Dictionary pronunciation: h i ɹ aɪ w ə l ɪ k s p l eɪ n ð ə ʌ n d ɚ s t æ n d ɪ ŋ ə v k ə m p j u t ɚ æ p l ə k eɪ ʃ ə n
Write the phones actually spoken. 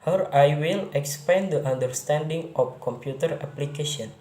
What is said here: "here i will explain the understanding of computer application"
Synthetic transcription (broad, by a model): h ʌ ɹ aɪ w ə l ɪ k s p eɪ n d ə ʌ n d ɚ s t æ n d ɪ ŋ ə f k ə m p j u t ɚ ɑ p l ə k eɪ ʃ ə n